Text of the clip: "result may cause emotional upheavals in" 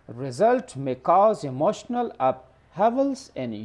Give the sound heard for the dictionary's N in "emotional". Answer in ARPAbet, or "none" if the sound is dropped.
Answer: N